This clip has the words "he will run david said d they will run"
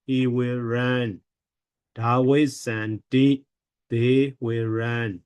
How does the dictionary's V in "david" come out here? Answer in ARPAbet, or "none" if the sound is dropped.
W